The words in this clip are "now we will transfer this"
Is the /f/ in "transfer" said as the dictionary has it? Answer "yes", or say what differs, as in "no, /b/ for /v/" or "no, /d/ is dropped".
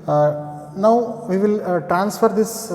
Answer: yes